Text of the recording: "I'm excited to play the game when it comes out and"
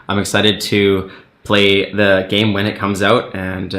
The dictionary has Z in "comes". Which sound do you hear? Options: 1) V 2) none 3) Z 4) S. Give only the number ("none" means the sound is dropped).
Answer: 3